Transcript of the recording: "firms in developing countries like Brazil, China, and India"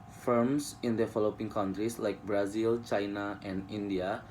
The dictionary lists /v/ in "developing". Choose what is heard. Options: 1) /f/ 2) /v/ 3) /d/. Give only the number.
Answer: 1